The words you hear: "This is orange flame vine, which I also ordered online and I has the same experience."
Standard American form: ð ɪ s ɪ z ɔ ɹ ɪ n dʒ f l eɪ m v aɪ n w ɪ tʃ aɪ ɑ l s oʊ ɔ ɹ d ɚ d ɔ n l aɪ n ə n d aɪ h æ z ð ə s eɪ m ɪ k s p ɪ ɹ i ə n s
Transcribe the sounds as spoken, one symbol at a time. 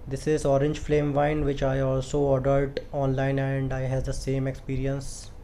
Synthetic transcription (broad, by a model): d ɪ s ɪ z ɔ ɹ ɪ n dʒ f l eɪ m v aɪ n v ɪ tʃ aɪ ɑ l s oʊ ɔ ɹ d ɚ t ɔ n l aɪ n ə n d aɪ h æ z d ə s eɪ m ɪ k s p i ɹ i ə n s